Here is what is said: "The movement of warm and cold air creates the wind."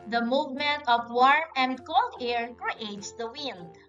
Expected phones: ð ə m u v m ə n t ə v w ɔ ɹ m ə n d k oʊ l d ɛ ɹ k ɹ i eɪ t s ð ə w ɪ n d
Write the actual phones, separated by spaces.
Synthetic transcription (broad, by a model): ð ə m u v m ə n t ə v w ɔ ɹ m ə n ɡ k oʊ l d ɛ ɹ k ɹ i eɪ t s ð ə w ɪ n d